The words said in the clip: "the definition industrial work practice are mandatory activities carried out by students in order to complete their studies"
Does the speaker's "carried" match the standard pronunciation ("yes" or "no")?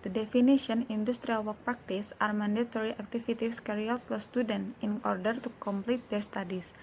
no